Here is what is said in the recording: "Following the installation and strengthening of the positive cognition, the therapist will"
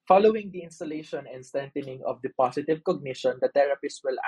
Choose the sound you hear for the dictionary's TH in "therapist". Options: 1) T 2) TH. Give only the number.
1